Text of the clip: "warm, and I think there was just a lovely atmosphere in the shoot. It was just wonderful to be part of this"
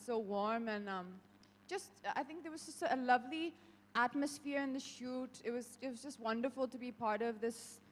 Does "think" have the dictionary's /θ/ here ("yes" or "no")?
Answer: yes